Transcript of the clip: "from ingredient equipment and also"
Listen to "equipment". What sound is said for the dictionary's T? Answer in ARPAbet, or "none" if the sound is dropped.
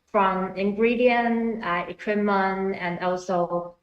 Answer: none